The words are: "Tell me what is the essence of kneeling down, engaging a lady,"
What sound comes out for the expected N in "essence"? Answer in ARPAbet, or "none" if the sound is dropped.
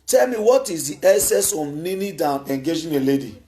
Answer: none